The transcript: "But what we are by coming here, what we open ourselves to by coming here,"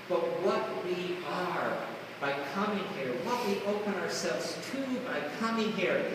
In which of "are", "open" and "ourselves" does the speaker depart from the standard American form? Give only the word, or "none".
none